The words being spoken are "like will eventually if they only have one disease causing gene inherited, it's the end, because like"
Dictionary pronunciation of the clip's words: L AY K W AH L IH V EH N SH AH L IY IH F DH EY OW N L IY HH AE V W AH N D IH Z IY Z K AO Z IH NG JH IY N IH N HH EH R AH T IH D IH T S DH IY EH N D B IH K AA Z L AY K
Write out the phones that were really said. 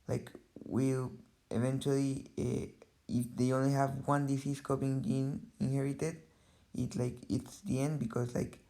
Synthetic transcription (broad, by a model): L AY K W AH L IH V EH N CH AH L IY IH F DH EY OW N L IY HH AE V W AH N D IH S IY S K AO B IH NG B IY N IH N HH EH R AH T IH D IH T S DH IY EH N D B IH K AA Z L AY K